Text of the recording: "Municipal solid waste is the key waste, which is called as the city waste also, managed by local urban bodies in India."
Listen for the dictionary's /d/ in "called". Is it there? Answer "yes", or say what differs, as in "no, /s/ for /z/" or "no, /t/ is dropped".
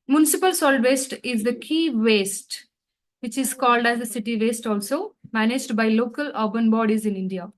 yes